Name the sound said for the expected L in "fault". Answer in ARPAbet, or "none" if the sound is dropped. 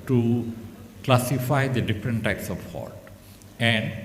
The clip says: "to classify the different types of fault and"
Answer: none